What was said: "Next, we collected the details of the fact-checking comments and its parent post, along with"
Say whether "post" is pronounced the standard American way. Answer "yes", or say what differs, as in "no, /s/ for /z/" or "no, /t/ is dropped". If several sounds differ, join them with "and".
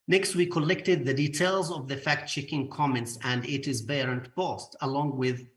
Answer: no, /b/ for /p/